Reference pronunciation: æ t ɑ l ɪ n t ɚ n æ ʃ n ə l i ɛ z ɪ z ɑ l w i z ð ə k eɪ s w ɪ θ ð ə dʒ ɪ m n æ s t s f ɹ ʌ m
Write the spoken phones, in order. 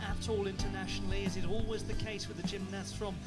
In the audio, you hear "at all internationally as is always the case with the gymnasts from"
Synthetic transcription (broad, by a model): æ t ɑ l ɪ n t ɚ n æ ʃ n l i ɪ z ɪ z ɑ l w i z ð ə k eɪ s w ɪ ð ə dʒ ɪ m n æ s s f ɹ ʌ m